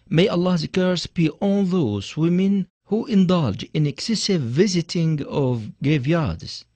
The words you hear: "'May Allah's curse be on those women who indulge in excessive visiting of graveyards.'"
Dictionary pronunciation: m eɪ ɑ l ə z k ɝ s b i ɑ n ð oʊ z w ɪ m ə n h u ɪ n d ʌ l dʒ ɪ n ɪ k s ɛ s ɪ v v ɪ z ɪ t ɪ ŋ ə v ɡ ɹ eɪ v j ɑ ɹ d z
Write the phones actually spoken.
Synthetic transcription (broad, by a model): m eɪ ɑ l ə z k ɝ s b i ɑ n ð oʊ z w ɪ m ə n h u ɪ n d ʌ l dʒ ɪ n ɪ k s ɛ s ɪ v v ɪ z ɪ t ɪ ŋ ə v ɡ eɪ v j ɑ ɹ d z